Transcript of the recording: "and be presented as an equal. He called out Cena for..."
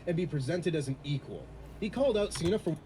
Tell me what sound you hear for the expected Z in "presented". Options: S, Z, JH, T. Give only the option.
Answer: Z